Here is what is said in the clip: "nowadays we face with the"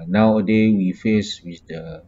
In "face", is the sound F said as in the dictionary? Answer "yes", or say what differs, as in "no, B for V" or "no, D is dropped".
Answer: yes